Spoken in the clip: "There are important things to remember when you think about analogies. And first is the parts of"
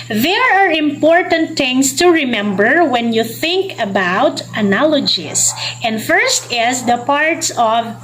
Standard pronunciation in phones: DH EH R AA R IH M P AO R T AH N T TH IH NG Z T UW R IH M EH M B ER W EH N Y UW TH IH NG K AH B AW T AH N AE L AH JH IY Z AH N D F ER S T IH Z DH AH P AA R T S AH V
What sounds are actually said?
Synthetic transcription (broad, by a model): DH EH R AA R IH M P AO R T AH N T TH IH NG S T UW R IH M EH M B ER W EH N Y UW TH IH NG K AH B AW T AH N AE L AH JH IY S AH N D F ER S T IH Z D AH P AA R T S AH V